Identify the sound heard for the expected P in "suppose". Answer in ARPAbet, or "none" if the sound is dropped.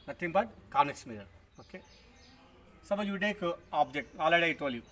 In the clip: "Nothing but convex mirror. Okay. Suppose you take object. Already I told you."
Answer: B